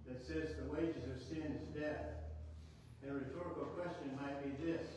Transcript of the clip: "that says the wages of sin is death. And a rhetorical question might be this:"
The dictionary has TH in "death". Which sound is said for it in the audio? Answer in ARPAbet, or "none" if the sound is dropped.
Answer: TH